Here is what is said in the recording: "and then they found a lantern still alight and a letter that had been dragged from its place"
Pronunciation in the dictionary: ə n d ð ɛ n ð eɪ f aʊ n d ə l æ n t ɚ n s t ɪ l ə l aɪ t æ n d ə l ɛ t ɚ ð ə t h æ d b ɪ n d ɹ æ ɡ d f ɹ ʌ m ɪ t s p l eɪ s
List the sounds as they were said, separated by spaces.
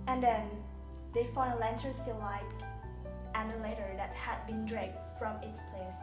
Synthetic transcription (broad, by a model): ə n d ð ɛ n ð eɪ f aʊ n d ə l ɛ n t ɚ s t ɪ l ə ɪ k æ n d ə l ɛ t ɚ ð ə t h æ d b ɪ n d ɹ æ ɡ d f ɹ ʌ m ɪ t s p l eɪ s